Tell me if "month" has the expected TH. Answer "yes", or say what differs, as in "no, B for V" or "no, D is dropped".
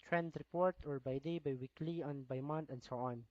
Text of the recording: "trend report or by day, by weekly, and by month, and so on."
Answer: no, T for TH